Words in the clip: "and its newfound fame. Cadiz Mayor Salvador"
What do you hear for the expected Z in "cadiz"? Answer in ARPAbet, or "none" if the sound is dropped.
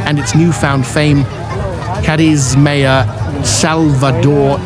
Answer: Z